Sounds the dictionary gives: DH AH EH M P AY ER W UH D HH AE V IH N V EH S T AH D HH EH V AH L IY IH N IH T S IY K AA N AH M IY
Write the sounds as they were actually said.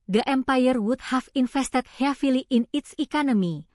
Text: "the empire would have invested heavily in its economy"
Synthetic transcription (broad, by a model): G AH EH M P AY ER W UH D HH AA F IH N F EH S T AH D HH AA F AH L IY IH N IH T S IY K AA N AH M IY